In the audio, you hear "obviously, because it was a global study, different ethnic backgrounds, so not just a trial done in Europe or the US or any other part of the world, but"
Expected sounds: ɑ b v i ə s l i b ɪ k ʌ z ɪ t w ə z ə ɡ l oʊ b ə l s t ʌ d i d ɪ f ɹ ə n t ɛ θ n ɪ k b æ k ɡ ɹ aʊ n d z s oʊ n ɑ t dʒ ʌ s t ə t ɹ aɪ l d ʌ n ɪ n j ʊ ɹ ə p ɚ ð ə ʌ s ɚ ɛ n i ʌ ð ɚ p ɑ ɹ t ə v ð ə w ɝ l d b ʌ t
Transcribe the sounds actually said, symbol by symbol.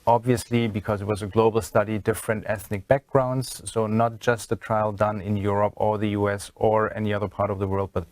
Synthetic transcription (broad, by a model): ɑ b v i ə s l i b ɪ k ʌ z ɪ t w ə z ə ɡ l oʊ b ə l s t ʌ d i d ɪ f ɹ ə n t ɛ θ n ɪ k b æ k ɡ ɹ aʊ n d z s oʊ n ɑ t dʒ ʌ s t ə t ɹ aɪ l d ʌ n ɪ n j ʊ ɹ ə p ɚ ð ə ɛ s ɚ ɛ n i ʌ ð ɚ p ɑ ɹ t ə v ð ə w ɝ l d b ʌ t